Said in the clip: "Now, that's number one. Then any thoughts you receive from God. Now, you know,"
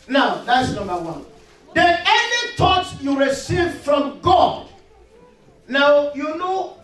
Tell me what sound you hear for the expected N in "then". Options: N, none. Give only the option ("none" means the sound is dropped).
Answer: none